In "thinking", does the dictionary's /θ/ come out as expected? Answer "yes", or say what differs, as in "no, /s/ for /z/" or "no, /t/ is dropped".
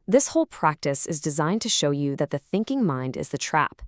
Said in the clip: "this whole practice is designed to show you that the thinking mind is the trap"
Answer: yes